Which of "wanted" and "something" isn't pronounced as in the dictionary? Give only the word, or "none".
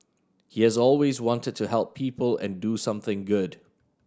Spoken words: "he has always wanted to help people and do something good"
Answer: none